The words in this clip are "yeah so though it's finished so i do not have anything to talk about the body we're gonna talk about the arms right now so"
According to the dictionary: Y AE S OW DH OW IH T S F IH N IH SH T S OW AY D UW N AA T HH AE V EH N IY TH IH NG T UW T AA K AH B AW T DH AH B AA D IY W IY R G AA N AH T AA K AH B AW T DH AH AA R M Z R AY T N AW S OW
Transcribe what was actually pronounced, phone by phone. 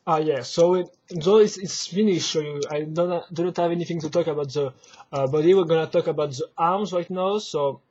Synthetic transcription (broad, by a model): Y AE S OW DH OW IH T S F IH N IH SH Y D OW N D UW N AA T HH AE V EH N IY TH IH NG T UW T AA K AH B AW T DH AH B AA D IY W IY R G AA N AH T AA K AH B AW T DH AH AA R M Z R AY T N AW S OW